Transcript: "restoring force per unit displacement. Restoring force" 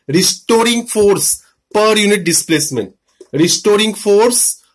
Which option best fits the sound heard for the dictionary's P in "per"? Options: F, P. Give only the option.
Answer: P